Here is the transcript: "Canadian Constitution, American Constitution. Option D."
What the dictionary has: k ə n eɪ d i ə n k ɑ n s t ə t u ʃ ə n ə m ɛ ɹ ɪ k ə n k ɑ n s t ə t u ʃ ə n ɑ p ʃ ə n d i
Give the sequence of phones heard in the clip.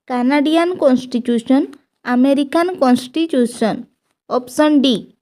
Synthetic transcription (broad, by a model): k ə n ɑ d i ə n k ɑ n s t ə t u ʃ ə n ə m ɛ ɹ ɪ k ə n k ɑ n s t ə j u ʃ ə n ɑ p s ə n d i